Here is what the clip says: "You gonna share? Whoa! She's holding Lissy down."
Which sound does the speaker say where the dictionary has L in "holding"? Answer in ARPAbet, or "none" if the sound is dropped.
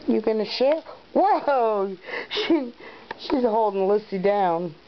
L